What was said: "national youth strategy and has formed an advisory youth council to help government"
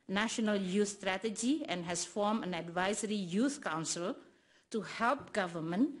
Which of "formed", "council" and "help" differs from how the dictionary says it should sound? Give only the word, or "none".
formed